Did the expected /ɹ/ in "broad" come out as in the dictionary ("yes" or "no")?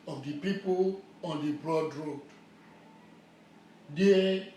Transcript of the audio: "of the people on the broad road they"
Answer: yes